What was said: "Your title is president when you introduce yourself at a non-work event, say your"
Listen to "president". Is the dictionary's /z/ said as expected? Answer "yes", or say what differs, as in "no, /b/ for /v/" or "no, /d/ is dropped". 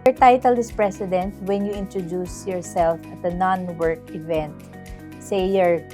no, /s/ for /z/